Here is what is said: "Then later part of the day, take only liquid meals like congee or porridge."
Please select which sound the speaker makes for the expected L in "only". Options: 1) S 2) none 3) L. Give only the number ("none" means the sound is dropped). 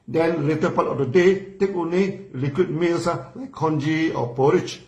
2